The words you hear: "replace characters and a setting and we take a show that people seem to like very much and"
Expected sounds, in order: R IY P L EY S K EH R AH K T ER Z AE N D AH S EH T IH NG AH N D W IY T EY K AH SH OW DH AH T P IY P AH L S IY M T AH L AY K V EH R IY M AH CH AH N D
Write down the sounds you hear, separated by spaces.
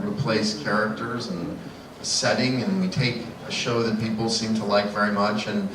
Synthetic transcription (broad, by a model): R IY P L EY S K EH R AH K T ER Z N S EH T IH NG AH N W IY T EY K AH SH OW DH AH T P IY P L S IY M T AH L AY K V EH R IY M AH CH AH N